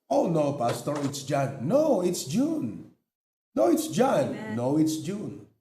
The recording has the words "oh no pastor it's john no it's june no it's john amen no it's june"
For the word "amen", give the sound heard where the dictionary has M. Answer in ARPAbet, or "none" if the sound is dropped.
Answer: none